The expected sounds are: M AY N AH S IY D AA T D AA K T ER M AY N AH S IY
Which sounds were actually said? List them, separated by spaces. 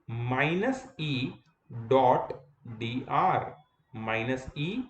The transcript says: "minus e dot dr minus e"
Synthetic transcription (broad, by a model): M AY N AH S IY D AA T D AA T M AY N AH S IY